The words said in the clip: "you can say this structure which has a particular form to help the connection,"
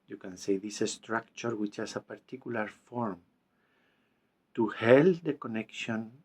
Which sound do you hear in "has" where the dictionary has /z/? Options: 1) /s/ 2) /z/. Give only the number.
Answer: 1